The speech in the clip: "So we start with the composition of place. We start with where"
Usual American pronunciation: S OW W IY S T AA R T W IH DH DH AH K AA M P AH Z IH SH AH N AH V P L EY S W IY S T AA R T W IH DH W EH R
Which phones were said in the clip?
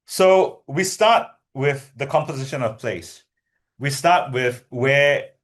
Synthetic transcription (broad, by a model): S OW W IY S T AA T W IH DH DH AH K AA M P AH Z IH SH AH N AH V P L EY S W IY S T AA T W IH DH W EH